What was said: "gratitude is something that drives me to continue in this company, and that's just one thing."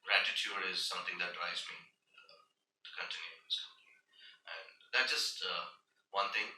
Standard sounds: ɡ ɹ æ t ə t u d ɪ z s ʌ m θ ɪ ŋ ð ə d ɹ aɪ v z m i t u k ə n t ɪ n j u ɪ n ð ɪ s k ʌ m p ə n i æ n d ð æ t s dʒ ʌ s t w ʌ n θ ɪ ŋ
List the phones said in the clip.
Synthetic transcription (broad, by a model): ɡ ɹ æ t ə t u d ɪ z s ʌ m t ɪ ŋ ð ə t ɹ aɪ z m i t u k ə n t ɪ n j u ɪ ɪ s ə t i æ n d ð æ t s dʒ ʌ s t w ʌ n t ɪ ŋ